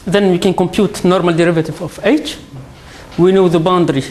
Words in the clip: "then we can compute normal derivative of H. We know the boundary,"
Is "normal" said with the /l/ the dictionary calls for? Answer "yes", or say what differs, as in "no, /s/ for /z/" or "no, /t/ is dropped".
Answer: yes